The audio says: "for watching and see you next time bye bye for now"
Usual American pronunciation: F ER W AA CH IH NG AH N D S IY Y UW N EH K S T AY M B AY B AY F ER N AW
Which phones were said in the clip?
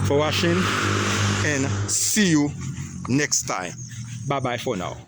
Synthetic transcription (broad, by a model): F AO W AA SH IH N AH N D S IY Y UW N EH K S T AY M B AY B AY F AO N AW